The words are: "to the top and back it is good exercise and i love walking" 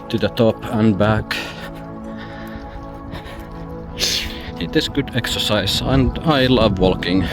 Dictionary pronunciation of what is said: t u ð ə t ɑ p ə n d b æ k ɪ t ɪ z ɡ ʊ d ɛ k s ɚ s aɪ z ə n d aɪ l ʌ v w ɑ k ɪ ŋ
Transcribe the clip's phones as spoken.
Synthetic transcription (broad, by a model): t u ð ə t ɑ p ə n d b æ k ɪ t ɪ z ɡ ʊ d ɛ k s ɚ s aɪ s ə n d aɪ l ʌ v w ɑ k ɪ ŋ